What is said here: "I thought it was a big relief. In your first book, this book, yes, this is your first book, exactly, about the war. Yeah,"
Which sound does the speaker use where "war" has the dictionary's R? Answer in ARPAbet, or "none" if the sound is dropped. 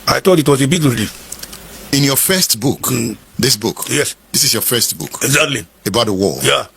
L